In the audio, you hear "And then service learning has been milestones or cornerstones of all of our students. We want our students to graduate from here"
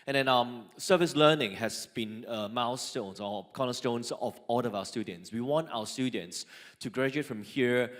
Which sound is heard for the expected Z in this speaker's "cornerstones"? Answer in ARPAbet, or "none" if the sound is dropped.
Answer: S